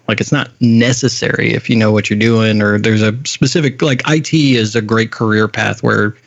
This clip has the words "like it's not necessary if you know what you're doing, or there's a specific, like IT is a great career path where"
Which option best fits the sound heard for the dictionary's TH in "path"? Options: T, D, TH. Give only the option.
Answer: TH